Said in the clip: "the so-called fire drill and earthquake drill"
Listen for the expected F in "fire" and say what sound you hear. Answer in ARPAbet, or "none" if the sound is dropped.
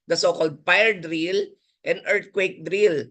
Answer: P